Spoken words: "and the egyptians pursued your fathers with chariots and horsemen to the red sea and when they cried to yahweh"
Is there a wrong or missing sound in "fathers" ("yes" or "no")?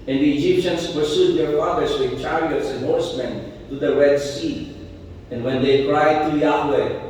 yes